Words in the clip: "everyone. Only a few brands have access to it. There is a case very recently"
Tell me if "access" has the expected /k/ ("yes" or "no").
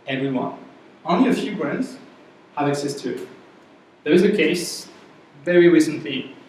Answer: yes